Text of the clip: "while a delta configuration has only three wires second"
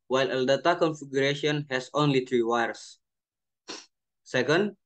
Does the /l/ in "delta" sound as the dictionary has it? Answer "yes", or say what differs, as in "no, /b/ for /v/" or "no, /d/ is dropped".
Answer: no, /l/ is dropped